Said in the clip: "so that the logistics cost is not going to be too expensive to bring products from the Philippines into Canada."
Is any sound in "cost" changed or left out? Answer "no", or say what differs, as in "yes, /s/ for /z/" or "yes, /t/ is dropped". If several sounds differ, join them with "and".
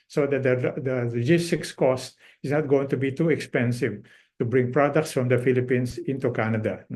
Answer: no